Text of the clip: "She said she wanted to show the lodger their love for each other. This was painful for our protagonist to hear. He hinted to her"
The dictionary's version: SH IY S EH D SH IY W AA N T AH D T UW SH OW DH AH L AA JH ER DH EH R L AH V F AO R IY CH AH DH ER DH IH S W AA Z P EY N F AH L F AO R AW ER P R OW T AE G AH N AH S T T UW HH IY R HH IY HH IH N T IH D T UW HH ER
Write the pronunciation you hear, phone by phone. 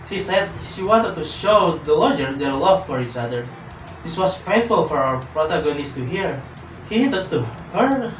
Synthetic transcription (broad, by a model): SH IY S EH D SH IY W AA N T AH D T UW SH OW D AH L AA JH ER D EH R L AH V F AO R IY CH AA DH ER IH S W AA S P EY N F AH L F AO R AW ER P R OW T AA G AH N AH S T T UW HH IY R HH IY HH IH T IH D T UW HH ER